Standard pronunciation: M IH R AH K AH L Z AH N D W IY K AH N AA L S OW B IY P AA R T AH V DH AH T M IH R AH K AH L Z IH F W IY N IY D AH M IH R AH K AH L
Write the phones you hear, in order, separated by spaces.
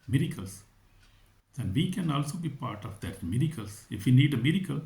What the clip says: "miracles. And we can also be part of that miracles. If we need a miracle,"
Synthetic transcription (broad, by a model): M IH R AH K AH L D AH N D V IY K AH N AA L S OW B IY P AA R T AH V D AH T M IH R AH K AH L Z IH F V IY N IY D AH M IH R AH K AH L